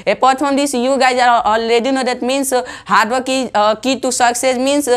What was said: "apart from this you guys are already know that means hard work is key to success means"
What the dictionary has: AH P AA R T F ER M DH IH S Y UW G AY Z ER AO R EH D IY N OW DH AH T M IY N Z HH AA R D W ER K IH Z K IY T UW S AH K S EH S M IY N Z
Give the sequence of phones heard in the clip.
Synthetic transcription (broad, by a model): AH P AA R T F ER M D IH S Y UW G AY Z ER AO L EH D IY N OW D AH T M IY N S HH AA R D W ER K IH K IY T UW S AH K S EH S M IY N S